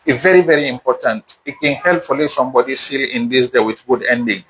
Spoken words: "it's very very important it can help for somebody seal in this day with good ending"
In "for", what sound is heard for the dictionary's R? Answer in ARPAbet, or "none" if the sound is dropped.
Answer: L